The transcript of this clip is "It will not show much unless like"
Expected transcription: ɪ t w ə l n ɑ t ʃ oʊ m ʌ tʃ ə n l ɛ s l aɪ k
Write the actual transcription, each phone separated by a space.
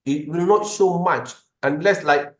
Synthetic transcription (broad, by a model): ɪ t w ə l n ɑ t s oʊ m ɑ tʃ ə n l ɛ s l aɪ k